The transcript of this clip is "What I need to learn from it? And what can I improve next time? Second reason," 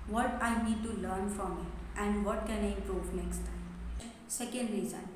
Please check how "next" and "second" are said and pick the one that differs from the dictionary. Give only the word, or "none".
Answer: none